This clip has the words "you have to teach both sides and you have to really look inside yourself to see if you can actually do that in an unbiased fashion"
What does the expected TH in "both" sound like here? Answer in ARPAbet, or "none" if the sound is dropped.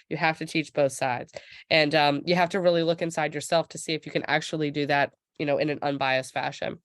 TH